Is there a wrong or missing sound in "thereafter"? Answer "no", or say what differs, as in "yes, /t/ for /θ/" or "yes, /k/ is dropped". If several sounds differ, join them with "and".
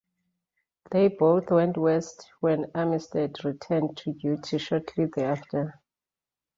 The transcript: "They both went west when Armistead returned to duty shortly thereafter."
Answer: yes, /ɹ/ is dropped